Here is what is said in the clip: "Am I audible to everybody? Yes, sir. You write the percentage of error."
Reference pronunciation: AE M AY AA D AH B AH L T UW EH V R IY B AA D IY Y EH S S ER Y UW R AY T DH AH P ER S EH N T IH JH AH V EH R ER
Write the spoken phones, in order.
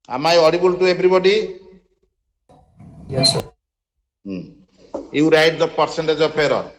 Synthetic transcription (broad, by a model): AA M AY AA D AH B AH L T UW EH B R IY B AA D IY Y EH S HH Y UW R AY T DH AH P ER S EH N T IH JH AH P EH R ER